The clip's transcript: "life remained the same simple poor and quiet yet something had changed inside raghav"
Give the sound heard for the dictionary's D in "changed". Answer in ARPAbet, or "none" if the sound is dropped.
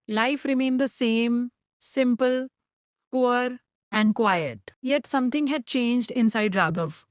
D